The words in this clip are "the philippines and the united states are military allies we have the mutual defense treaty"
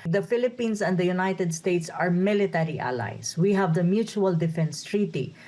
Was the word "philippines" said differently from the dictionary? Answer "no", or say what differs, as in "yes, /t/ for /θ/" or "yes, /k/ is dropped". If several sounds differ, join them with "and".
yes, /s/ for /z/